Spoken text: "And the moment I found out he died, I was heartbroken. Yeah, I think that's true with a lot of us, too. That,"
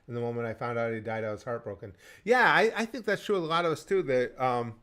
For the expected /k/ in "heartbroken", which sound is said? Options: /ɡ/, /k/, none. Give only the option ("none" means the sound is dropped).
/k/